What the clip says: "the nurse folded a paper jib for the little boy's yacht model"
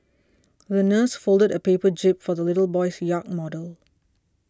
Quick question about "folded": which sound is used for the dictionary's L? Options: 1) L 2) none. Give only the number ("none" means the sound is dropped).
1